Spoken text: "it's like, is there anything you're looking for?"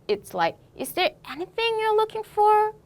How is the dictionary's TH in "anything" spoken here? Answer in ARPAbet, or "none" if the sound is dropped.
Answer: TH